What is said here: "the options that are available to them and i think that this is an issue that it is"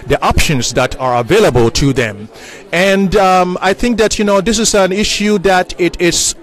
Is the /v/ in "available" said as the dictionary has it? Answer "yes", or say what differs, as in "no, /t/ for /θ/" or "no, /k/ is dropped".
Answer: yes